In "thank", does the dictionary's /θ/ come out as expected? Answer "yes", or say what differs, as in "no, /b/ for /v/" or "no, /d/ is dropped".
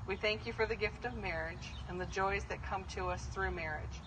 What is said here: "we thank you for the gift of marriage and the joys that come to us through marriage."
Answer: yes